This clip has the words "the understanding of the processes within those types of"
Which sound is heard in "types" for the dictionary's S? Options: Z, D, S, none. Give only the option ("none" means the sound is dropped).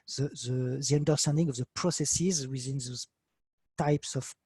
S